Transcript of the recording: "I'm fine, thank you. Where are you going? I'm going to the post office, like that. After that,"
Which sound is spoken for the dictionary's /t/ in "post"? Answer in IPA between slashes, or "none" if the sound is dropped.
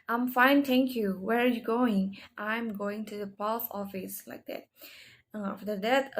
none